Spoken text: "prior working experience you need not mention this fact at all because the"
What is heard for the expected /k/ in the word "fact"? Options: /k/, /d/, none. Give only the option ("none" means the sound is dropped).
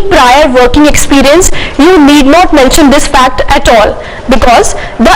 /k/